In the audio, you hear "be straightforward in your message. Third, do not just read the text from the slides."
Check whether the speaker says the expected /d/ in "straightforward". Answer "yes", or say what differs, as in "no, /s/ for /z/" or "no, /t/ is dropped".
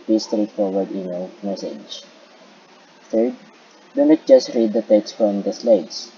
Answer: yes